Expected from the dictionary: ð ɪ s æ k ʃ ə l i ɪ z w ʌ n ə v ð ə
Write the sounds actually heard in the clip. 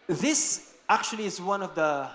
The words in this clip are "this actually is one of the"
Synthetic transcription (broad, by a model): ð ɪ s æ k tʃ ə l i ɪ z w ʌ n ə v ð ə